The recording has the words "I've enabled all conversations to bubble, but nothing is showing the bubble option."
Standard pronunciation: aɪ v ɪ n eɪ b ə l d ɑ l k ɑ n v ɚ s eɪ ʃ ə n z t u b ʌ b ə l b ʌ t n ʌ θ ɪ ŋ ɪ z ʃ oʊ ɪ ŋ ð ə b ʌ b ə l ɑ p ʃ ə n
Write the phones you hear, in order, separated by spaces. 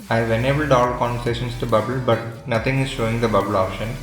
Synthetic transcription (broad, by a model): aɪ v ɪ n eɪ b ə l d ɑ l k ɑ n v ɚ s eɪ ʃ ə n s t u b ʌ b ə l b ʌ t n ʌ t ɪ ŋ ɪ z ʃ oʊ ɪ ŋ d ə b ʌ b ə l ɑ p ʃ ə n